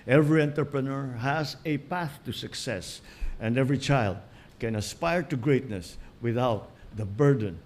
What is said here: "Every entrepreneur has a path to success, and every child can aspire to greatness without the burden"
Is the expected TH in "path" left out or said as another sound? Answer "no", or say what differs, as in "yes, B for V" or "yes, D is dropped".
no